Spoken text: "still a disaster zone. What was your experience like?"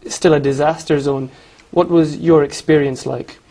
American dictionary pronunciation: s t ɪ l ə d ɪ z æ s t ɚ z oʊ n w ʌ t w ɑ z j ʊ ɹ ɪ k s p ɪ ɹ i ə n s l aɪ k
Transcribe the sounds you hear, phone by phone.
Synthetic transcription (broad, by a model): s t ɪ l ə d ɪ z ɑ s t ɚ z oʊ n w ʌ t w ɑ z j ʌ ɹ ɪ k s p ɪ ɹ i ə n s l aɪ k